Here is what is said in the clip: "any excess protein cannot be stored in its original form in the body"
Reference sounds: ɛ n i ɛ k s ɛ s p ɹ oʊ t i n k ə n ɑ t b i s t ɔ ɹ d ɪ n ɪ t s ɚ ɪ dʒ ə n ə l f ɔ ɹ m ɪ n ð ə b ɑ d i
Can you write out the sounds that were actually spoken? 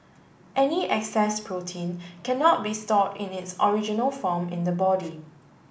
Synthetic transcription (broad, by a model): ɛ n i ɛ k s ɛ s p ɹ oʊ t i n k ə n ɑ t b i s t ɔ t ɪ n ɪ t s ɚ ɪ dʒ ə n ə l f ɔ m ɪ n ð ə b ɑ d i